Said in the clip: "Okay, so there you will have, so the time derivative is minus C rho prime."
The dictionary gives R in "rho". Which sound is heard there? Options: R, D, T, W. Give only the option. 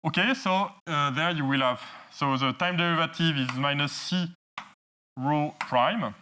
R